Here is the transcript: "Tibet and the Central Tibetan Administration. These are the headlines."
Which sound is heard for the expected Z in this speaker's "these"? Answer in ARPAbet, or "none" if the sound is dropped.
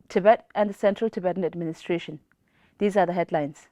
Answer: Z